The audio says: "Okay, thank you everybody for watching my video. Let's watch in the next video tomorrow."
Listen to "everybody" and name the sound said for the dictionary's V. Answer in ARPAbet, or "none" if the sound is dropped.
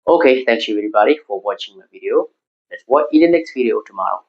none